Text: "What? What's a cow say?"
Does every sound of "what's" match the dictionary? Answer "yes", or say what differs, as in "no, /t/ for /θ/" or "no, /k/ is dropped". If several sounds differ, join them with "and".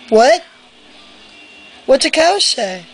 no, /s/ is dropped